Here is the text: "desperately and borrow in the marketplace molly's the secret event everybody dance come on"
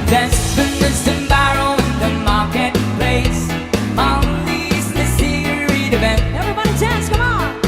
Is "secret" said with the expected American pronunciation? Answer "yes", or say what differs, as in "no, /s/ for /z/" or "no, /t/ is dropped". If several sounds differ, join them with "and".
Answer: no, /k/ is dropped